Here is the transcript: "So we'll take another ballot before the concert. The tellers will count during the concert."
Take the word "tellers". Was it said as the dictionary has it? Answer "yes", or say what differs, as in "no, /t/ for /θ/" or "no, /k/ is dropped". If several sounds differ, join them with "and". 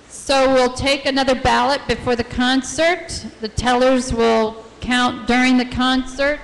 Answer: yes